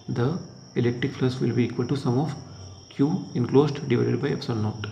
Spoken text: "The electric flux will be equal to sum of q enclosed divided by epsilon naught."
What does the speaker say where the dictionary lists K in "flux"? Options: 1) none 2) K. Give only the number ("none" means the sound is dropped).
1